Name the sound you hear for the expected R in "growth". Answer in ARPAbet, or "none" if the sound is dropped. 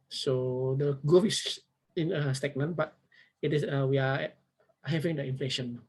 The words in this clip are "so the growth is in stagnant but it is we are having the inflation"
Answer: none